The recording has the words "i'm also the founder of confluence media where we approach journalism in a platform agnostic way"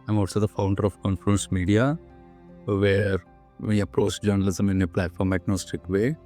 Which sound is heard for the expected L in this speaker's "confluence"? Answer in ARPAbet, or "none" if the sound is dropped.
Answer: none